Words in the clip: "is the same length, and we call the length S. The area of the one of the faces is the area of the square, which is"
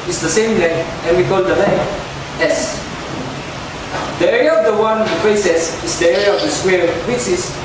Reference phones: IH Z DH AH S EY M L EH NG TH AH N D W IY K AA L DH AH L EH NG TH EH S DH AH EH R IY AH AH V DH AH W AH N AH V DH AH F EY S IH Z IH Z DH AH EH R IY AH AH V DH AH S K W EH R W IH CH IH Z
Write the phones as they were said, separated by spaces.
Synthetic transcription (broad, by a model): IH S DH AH S EY M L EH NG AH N W IY K AA L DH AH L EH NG EH S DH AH EH R IY AH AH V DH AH W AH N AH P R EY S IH S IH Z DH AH EH R IY AH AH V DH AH S K W EH R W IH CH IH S